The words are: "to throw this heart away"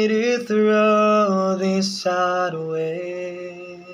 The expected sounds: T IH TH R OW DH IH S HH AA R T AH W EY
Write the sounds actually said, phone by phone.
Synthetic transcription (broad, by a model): T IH TH R OW DH IH S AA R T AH W EY